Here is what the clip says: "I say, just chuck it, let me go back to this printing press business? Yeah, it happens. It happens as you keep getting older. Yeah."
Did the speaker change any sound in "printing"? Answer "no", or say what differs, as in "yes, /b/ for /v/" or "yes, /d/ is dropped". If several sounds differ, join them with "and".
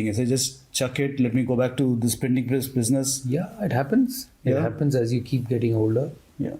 yes, /ɹ/ is dropped